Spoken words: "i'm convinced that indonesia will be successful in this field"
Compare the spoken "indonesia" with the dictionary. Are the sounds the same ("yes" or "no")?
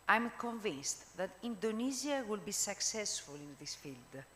no